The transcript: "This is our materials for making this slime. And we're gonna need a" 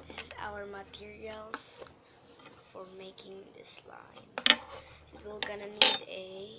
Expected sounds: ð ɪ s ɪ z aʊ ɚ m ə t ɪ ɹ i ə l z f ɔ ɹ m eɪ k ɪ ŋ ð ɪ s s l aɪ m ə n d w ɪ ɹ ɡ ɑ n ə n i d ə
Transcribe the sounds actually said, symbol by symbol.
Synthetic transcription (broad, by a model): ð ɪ s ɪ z aʊ ɚ m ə t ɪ ɹ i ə l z f ɔ ɹ m eɪ k ɪ ŋ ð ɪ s s l aɪ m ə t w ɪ l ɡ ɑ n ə n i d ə